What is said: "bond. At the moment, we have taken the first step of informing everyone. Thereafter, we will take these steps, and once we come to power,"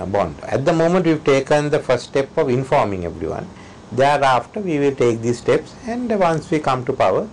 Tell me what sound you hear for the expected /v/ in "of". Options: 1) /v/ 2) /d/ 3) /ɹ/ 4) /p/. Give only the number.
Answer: 1